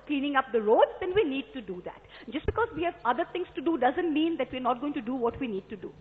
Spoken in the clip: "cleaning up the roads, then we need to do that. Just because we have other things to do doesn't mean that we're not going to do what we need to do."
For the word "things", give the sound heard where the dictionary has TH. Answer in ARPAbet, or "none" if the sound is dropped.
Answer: T